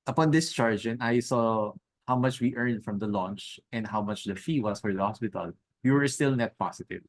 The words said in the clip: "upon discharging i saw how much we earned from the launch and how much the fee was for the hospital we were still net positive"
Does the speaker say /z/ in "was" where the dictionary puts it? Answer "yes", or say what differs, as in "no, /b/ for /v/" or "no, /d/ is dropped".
no, /s/ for /z/